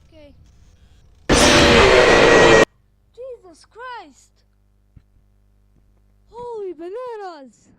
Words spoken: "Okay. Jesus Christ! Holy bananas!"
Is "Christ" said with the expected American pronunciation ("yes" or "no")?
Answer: yes